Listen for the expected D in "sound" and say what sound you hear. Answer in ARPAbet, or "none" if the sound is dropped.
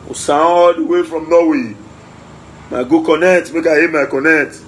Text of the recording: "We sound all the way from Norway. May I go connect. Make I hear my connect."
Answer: none